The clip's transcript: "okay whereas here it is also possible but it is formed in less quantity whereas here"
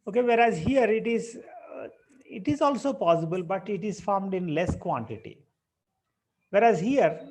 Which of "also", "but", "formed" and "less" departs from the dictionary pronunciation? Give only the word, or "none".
none